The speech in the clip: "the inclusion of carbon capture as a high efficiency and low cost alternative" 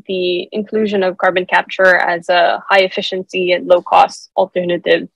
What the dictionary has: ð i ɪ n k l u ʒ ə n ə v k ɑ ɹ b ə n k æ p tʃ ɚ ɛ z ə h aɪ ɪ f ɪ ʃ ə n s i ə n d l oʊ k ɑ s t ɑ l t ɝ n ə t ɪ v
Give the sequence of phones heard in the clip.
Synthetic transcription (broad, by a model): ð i ɪ n k l u ʒ ə n ə v k ɑ ɹ b ə n k æ p tʃ ɚ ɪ z ə h aɪ ɪ f ɪ ʃ ə n s i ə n l oʊ k ɑ s t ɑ l t ɝ n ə t ɪ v